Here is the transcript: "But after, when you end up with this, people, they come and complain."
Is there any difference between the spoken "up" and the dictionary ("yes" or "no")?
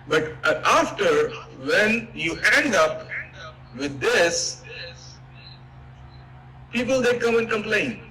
no